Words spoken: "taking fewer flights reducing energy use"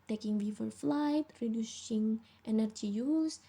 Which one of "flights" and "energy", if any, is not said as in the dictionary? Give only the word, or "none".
flights